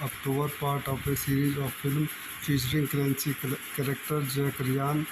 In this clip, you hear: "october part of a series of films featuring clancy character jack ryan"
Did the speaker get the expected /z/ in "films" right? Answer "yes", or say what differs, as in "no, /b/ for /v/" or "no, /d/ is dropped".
no, /z/ is dropped